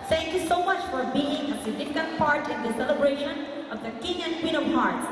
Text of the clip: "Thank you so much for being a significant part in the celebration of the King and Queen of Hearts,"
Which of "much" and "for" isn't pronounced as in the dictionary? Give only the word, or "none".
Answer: none